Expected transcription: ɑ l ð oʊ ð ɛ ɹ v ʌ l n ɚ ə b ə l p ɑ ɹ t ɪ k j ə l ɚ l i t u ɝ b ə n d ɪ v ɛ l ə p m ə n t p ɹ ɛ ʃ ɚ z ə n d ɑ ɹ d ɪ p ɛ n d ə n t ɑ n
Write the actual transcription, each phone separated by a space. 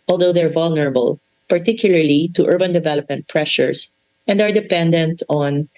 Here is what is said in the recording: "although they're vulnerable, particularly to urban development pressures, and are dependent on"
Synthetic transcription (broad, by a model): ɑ l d oʊ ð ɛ ɹ v ʌ l n ɚ ə b ə l p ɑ ɹ t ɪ k j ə l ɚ l i t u ɝ b ə n d ɪ v ɛ l ə p m ə n t p ɹ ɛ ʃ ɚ s ə n d ɑ ɹ d ɪ p ɛ n d ə n t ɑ n